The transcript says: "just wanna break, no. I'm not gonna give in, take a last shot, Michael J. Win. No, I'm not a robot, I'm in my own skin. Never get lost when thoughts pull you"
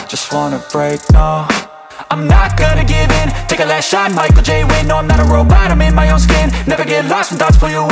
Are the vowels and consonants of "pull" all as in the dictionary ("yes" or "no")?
no